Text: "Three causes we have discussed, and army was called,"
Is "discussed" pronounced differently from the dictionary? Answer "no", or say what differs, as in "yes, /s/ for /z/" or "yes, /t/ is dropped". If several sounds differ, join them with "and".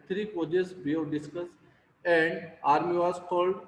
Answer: yes, /t/ is dropped